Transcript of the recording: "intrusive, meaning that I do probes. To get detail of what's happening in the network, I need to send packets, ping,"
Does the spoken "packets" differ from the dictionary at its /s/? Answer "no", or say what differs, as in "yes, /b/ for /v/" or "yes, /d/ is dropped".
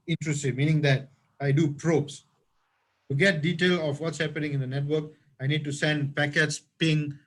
no